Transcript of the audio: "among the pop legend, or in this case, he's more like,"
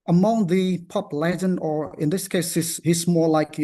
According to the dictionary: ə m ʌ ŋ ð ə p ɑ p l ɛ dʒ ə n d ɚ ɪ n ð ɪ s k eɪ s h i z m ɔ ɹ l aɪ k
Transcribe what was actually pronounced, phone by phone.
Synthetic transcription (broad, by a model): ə m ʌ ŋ ð ə p ɑ p l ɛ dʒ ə n ɚ ɪ n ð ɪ s k eɪ s h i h m ɔ ɹ l aɪ k